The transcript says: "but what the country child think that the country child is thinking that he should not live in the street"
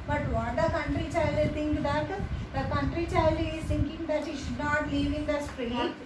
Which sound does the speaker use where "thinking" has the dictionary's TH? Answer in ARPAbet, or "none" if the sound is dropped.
T